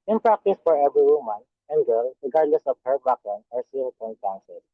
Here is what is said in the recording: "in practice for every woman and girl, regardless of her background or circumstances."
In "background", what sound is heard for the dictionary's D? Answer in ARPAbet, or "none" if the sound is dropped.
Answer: none